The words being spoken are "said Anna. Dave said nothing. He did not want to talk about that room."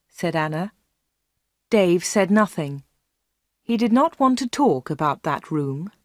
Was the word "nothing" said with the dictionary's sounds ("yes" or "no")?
yes